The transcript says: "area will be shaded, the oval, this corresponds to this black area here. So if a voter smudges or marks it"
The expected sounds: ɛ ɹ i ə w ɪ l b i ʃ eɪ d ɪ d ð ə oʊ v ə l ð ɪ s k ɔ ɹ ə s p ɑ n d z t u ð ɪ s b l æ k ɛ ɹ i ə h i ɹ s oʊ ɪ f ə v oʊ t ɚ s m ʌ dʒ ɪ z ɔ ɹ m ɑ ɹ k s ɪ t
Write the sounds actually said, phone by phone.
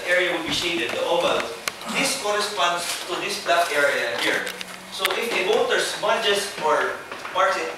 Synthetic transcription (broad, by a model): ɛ ɹ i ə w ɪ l b i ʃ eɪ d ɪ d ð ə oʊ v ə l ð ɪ s k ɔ ɹ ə s p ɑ n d s t u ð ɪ s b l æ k ɛ ɹ i ə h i ɹ s oʊ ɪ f ə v oʊ t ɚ s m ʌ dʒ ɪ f ɔ ɹ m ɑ ɹ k ɪ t